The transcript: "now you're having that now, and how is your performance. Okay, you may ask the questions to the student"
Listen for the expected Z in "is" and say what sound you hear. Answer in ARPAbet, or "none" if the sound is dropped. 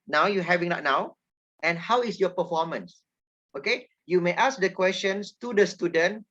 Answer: S